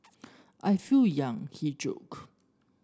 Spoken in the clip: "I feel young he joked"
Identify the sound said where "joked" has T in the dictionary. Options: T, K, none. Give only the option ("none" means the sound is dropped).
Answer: none